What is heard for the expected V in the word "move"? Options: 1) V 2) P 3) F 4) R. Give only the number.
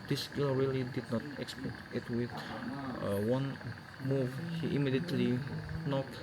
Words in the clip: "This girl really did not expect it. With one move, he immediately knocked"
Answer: 1